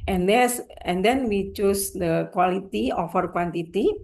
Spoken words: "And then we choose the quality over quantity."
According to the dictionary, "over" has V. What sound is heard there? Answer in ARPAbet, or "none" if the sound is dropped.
F